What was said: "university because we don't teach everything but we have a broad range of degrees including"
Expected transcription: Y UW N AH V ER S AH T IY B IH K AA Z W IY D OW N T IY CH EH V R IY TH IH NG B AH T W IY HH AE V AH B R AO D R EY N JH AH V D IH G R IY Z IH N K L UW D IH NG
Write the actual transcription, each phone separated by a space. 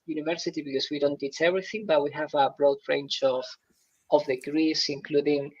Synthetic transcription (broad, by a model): Y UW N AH V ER S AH T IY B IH K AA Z W IY D OW N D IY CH EH V R IY TH IH NG B AH T W IY HH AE V AH B R AO D R EY N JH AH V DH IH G R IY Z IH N K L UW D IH NG